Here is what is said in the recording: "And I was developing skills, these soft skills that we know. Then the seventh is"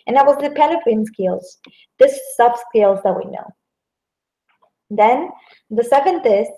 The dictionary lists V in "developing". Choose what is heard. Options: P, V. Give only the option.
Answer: P